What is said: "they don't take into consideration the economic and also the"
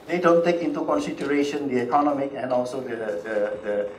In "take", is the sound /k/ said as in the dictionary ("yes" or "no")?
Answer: yes